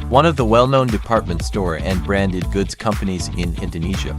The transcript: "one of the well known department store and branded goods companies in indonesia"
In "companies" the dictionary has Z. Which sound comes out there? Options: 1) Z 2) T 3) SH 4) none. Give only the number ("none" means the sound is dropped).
1